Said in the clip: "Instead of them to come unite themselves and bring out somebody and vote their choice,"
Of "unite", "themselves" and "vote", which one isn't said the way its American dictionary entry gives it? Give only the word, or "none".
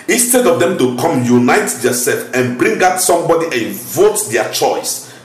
themselves